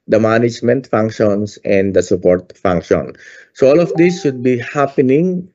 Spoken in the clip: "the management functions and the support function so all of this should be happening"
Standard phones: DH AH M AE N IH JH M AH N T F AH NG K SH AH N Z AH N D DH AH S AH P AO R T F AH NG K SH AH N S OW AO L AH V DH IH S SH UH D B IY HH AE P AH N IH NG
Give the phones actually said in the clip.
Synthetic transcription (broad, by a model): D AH M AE N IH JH M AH N T F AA NG K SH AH N S AH N D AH S AH P AO R T F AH NG K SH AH N S OW AO L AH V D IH S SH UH D B IY HH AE P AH N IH NG